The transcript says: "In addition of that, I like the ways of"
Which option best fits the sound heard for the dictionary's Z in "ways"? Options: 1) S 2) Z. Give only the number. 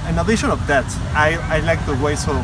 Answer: 1